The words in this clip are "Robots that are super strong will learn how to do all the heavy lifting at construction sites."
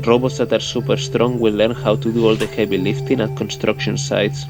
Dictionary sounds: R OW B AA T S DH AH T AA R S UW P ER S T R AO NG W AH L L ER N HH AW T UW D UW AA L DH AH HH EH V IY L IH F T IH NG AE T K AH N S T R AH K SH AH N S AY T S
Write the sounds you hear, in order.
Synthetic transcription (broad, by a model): R OW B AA T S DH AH T AA R S UW P ER S T R AO NG W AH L L ER N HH AW T UW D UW AA L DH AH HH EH B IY L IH F T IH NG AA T K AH N S T R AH K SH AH N S AY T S